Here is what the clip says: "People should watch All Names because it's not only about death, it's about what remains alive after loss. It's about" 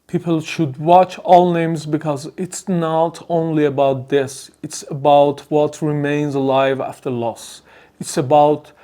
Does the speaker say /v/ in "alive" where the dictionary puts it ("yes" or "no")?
yes